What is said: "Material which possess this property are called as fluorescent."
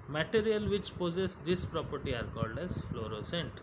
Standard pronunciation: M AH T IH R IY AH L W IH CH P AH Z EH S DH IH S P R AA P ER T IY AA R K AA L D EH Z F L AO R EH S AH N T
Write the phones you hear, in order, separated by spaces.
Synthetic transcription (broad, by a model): M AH T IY R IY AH L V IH CH P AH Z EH S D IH S P R AA P ER T IY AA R K AA L D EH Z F L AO R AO S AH N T